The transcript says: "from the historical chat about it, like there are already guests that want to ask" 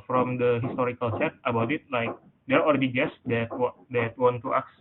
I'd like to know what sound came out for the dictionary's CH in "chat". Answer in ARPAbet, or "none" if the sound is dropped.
S